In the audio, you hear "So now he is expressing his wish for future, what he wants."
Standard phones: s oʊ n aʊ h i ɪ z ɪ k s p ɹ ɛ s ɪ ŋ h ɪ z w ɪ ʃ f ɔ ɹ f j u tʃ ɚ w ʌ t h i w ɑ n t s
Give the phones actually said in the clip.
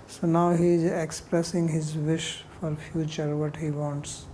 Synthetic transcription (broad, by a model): s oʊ n aʊ h i ɪ z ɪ k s p ɹ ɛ s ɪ ŋ h ɪ z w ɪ ʃ f ɔ ɹ f j u tʃ ɚ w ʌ t h i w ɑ n t s